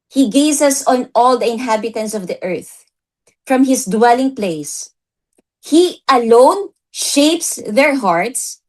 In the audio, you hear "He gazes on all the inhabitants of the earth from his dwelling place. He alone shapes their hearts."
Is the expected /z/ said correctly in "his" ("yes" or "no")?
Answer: no